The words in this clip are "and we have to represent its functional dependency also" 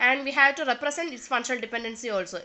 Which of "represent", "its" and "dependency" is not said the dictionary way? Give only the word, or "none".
represent